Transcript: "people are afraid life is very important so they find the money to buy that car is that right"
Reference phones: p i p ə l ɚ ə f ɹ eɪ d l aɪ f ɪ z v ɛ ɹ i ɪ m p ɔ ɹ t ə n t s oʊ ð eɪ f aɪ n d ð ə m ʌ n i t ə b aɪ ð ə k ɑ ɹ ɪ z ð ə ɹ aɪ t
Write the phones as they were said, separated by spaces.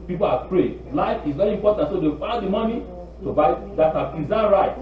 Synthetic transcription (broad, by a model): p i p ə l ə p ɹ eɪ l aɪ f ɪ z v ɛ ɹ i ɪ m p ɔ t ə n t s oʊ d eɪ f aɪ d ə m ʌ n i t ə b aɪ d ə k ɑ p ɪ z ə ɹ aɪ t